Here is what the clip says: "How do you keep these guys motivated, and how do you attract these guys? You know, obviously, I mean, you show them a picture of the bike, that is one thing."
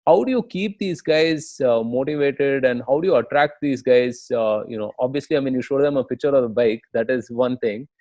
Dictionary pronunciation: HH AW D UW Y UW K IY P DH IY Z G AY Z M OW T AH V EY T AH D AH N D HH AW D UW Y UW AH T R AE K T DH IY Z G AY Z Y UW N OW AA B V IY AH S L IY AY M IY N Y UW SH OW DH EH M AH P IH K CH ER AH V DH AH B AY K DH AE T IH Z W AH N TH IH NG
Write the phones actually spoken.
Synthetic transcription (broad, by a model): HH AW D UW Y UW K IY P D IY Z G AY Z M OW T AH V EY T AH D AH N D HH AW D UW Y UW AH T R AE K T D IY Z G AY Z Y UW N OW AA B V IY AH S L IY AY M IY N Y UW SH OW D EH M AH P IH K CH ER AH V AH B AY K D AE T IH Z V AH N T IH NG